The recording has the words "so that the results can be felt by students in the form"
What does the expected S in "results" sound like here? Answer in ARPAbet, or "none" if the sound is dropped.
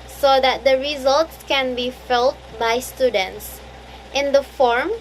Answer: S